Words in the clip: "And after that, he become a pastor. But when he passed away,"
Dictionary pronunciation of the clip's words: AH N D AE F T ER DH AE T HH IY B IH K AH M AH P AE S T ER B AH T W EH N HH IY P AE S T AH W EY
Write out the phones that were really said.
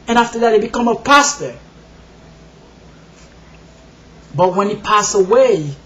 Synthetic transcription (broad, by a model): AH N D AE F T ER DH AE T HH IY B IH K AH M AH P AE S T ER B AH T W EH N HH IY P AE S AH W EY